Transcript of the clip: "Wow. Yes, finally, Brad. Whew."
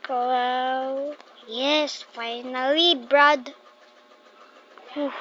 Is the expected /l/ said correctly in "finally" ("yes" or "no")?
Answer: yes